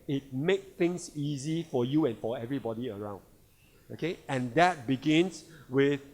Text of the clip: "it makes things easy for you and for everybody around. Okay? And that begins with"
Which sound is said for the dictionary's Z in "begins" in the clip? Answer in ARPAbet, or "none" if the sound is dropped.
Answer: S